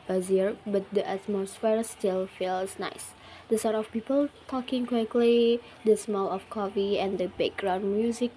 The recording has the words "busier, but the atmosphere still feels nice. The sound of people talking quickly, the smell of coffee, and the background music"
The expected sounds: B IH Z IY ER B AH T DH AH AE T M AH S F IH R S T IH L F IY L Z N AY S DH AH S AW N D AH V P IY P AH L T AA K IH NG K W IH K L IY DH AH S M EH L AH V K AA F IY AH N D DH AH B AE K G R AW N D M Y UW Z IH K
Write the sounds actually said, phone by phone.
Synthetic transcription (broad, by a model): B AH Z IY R B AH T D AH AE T M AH S F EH R S T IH L F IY L S N AY S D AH S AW D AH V P IY P AH L T AA K IH NG K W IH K L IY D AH S M EH L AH F K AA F IY AH N D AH B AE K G R AW N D M Y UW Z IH K